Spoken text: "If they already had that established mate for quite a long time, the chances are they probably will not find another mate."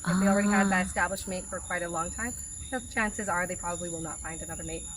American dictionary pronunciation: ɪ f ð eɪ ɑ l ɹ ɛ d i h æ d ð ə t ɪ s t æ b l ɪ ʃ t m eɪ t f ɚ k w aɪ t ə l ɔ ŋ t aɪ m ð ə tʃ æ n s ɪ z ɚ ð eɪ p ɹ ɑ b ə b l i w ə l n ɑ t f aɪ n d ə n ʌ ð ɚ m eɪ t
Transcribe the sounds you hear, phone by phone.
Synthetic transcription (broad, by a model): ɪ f ð eɪ ɑ l ɹ ɛ d i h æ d ð ə t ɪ s t æ b l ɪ ʃ m eɪ t f ɚ k w aɪ t ə l ɔ ŋ t aɪ m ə tʃ æ n s ɪ z ɚ ð eɪ p ɹ ɑ b ə b l i w ə l n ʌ t f aɪ n d ə n ʌ ð ɚ m eɪ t